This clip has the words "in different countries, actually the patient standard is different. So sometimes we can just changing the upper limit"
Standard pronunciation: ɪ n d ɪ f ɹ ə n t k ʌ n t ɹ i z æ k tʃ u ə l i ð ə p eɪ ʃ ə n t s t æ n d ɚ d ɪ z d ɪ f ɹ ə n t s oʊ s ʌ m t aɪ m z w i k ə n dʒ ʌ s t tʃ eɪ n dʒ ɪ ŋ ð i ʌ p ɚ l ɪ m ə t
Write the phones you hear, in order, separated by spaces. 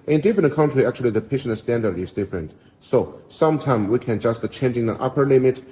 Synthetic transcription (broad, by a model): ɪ n d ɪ f ɹ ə n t k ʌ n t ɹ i æ k tʃ u ə l i ð ə p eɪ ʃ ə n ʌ s t æ n d ɚ d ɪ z d ɪ f ɹ ə n t s oʊ s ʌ m t aɪ m w i k ə n dʒ ʌ s t tʃ eɪ n dʒ ɪ ŋ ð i ʌ p ɚ l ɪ m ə t